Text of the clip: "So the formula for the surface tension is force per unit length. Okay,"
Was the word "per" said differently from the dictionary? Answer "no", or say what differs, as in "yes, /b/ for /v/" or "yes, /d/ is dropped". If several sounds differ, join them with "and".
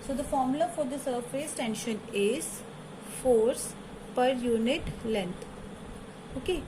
no